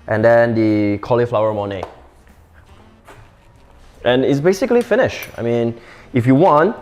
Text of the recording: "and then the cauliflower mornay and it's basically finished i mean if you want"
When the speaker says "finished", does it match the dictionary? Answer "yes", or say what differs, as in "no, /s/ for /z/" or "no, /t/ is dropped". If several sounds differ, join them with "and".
no, /t/ is dropped